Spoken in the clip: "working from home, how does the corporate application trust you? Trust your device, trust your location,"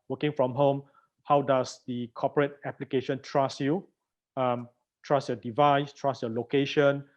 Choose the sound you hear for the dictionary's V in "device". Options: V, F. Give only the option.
V